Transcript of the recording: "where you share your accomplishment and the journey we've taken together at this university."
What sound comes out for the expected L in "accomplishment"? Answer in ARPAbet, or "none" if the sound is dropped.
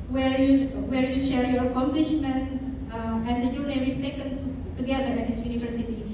L